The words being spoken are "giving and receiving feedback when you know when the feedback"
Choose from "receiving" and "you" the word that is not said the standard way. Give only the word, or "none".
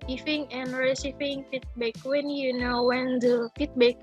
receiving